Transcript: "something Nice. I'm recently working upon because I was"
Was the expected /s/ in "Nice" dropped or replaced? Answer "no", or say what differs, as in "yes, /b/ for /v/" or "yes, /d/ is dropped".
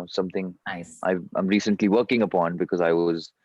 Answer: yes, /s/ is dropped